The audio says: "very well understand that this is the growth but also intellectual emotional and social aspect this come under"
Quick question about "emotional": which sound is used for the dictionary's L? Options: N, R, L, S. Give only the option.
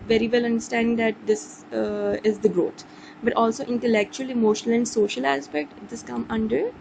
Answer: L